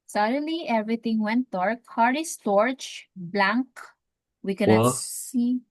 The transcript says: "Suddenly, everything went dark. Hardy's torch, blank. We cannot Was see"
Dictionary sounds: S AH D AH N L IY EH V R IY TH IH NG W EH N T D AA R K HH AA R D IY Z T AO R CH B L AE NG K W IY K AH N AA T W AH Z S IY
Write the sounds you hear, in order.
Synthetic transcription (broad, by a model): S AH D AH L IY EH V R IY T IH NG W EH N T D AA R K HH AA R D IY S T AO R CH B L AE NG K W IY K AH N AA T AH S IY